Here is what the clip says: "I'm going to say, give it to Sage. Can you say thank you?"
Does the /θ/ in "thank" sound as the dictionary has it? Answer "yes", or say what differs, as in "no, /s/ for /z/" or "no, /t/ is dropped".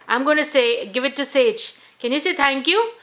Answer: no, /t/ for /θ/